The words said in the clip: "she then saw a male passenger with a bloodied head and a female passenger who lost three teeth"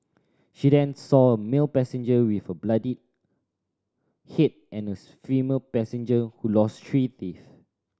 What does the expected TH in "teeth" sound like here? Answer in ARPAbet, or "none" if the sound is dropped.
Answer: F